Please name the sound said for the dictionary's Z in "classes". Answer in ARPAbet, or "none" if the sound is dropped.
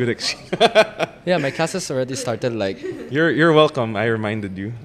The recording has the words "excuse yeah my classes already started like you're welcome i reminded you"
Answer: S